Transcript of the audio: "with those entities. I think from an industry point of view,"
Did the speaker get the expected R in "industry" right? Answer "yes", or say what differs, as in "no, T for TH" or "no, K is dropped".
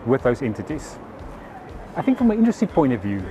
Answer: no, R is dropped